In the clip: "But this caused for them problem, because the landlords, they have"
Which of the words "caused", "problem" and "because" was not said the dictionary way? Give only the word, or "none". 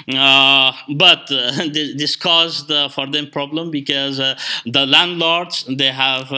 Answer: none